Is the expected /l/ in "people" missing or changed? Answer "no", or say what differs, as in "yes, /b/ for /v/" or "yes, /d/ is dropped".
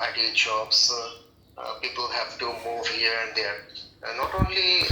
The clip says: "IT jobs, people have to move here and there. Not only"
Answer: no